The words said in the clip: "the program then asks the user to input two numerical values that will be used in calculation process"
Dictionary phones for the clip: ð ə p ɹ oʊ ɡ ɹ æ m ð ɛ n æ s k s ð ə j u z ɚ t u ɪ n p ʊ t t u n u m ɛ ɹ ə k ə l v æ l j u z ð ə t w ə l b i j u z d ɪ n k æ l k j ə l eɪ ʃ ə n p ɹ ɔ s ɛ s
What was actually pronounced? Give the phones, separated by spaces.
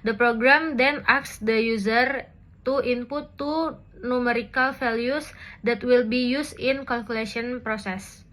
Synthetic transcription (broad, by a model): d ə p ɹ oʊ ɡ ɹ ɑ m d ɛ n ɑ k s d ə j u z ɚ t u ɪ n p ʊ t t u n u m ɛ ɹ ə k ə l f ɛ l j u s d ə t w ə l b i j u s ɪ n k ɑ l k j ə l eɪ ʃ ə n p ɹ ɔ s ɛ s